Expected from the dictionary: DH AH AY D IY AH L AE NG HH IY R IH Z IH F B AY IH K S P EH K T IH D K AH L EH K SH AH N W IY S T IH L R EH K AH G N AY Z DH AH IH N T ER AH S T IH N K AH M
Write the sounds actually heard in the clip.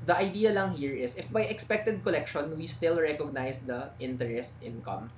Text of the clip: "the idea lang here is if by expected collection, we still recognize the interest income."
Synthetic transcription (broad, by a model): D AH AY D IY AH L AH NG HH IY R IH S IH F B AY IH K S P EH K T IH D K AH L EH K SH AH N W IY S T IH L R EH K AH G N AY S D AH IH N T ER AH S T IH N K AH M